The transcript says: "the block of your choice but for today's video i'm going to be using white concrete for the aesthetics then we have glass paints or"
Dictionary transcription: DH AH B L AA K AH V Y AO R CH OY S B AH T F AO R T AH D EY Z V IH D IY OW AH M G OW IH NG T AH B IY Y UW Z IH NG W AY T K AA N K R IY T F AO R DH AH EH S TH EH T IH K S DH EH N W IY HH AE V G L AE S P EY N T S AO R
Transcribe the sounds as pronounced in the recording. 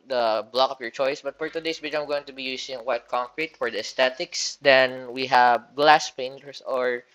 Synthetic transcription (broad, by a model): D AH B L AA K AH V Y AO R CH OY S B AH T F AO R T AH D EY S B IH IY AH M G OW IH NG T AH B IY Y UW S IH NG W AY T K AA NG K R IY T F AO R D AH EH S T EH T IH K S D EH N W IY HH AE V G L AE S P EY N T S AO R